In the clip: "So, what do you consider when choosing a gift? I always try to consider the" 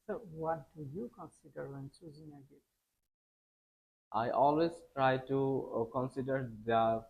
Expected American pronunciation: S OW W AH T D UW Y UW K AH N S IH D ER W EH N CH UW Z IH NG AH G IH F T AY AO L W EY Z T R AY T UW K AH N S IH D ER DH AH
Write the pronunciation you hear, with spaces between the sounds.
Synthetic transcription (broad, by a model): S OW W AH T D UW Y UW K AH N S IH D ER W EH N S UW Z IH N AH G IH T T AY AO L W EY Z T R AY T UW K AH N S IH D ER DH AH